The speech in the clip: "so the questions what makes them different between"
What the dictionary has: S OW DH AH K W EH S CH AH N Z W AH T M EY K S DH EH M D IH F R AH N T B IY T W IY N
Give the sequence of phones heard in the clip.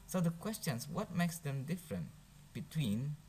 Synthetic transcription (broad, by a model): S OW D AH K W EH S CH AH N S W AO T M EY K S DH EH M D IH F R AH N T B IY T W IY N